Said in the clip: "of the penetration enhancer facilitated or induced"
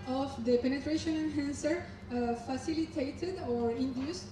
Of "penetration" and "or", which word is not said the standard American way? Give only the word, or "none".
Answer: none